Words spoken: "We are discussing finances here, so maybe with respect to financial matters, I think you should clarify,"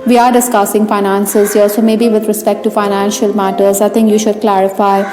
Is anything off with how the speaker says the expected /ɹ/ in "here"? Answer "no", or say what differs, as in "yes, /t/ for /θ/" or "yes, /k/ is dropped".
yes, /l/ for /ɹ/